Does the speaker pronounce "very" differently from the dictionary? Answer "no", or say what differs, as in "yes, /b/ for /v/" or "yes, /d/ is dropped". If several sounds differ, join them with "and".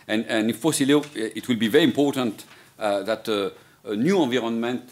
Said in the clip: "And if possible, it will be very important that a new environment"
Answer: no